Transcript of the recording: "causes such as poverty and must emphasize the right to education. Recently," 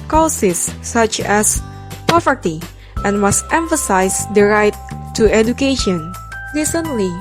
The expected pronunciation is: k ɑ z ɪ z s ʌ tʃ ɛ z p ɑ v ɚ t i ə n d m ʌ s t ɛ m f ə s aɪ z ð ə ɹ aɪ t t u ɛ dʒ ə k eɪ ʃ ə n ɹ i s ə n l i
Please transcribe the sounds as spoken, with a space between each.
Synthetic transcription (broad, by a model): k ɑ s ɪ s ʌ tʃ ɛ s p ɑ v ɚ t i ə n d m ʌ s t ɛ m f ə s aɪ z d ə ɹ aɪ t t u ɛ dʒ ə k eɪ ʃ ə n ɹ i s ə n l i